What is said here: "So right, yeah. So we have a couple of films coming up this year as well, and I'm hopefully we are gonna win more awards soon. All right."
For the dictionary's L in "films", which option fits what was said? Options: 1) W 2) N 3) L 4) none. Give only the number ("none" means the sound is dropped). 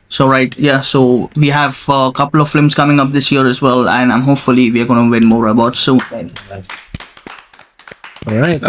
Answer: 4